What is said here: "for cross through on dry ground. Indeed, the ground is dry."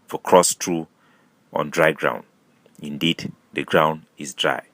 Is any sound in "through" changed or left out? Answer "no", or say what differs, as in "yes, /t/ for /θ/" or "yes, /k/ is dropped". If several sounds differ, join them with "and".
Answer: yes, /t/ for /θ/